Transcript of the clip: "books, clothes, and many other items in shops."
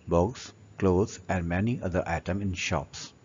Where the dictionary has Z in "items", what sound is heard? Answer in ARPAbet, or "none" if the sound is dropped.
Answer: none